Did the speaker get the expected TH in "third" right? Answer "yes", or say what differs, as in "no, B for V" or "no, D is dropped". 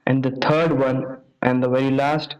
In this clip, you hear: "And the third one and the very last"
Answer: no, T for TH